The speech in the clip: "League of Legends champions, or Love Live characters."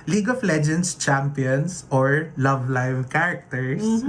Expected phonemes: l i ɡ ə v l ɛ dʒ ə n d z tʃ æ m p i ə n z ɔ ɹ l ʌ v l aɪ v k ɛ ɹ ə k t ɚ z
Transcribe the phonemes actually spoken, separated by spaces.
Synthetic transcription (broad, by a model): l i ɡ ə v l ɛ dʒ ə n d s tʃ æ m p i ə n s ɔ ɹ l ʌ v l aɪ v k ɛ ɹ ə k t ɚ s